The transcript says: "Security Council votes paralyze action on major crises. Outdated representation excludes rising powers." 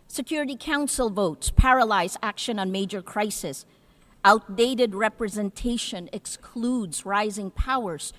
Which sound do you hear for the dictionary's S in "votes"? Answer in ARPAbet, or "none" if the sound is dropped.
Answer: S